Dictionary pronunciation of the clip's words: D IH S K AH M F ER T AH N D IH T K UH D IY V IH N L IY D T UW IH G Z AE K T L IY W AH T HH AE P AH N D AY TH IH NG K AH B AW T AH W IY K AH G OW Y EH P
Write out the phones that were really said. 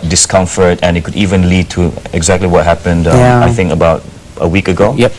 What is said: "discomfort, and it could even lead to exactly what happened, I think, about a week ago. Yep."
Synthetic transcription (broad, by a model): D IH S K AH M F ER T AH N IH T K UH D IY V IH N L IY D T UW IH G Z AE K T L IY W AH T HH AE P AH N D AY TH IH NG K AH B AW T AH W IY K AH G OW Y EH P